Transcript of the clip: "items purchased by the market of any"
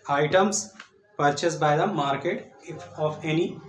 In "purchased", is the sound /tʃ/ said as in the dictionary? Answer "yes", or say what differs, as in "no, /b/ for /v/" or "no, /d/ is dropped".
yes